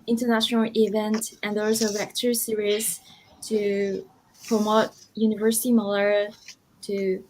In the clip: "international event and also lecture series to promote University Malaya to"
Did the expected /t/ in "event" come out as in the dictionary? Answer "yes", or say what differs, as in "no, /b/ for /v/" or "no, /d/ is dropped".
yes